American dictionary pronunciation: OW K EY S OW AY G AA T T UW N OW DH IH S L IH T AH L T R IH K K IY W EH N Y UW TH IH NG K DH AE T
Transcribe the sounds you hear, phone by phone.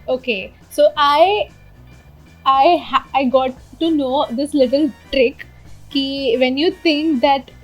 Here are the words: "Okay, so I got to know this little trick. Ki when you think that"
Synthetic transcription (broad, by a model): OW K EY S OW AY G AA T T UW N OW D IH S L IH T AH L T R IH K K IY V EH N Y UW T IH NG K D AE T